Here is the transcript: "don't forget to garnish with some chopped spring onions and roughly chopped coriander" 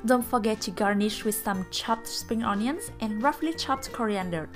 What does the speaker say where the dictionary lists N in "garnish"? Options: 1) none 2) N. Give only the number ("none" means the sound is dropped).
2